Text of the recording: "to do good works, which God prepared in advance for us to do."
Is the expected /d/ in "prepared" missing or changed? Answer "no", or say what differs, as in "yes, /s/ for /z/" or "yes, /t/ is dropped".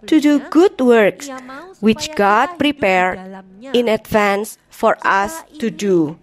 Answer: yes, /d/ is dropped